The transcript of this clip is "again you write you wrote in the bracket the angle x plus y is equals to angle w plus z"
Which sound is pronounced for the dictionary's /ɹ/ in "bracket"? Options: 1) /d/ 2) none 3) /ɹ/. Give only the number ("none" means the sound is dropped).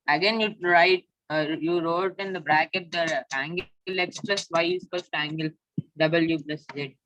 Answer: 3